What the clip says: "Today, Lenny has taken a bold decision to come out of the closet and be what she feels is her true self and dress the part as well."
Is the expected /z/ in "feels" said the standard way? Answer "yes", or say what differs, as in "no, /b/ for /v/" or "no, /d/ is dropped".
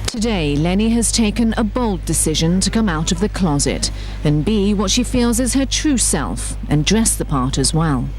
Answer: yes